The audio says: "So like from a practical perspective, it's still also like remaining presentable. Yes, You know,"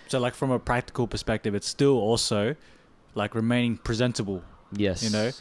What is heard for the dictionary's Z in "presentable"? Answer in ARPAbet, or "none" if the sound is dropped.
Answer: Z